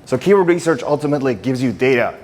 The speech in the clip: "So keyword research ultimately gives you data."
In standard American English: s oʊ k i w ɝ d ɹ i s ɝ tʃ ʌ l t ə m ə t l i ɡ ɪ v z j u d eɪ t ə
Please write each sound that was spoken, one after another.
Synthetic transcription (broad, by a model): s oʊ k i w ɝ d ɹ i s ɝ tʃ ʌ l t ə m ə t l i ɡ ɪ v z j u d eɪ t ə